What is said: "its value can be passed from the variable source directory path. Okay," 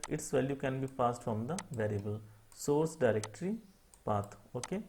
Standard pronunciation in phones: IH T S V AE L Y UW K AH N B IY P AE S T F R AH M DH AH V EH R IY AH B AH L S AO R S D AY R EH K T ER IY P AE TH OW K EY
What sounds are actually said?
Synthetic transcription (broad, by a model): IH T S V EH L Y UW K AH N B IY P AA S T F R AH M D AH V EH R IY AH B AH L S AO R S D AY R EH K T ER IY P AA T OW K EY